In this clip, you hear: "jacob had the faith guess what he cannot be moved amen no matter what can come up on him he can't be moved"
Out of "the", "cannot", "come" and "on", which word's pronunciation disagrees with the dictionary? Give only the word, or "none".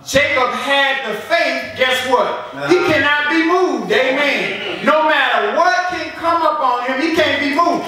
none